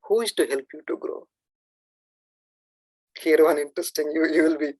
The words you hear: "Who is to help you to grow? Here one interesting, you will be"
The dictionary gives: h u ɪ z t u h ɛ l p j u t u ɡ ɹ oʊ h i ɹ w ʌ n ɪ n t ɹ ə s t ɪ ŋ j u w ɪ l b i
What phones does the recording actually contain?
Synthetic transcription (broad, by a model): h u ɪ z t u h ɛ l p j u t u ɡ ɹ oʊ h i ɹ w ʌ n ɪ n t ɹ ə s t ɪ ŋ j u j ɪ l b i